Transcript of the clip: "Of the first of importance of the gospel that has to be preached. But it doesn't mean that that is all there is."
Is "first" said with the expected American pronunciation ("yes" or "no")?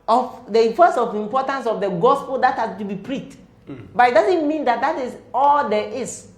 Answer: no